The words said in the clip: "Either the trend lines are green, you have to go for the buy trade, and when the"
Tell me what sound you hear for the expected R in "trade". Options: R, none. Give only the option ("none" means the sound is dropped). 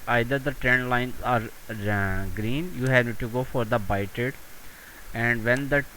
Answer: none